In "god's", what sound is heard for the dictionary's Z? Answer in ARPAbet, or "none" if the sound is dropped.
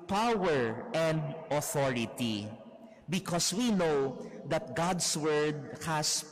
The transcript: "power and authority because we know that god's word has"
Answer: S